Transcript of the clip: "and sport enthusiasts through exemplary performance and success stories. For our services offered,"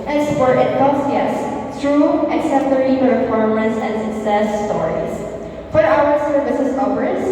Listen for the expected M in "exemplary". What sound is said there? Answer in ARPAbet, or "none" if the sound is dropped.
none